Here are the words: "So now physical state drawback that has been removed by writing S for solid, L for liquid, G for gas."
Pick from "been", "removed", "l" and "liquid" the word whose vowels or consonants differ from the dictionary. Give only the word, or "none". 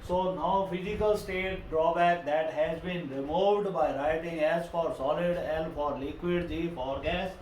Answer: l